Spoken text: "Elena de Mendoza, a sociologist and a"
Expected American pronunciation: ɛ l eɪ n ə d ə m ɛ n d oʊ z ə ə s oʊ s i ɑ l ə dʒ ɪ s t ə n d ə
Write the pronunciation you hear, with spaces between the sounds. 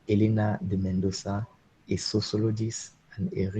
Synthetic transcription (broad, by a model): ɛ l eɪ n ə d ə m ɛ n d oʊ s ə ə s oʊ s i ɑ l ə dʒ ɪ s ə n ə